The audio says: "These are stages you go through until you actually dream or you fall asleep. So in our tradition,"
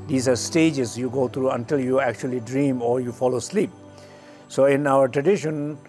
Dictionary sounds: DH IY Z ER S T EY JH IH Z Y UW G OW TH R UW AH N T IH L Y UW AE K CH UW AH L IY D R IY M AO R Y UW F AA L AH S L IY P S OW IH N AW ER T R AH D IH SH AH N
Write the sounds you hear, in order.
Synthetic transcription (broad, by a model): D IY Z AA S T EY JH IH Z Y UW G OW T R UW AH N T IH L Y UW AE K CH UW AH L IY D R IY M AO R Y UW F AA L AH S L IY P S OW IH N AW ER T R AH D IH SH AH N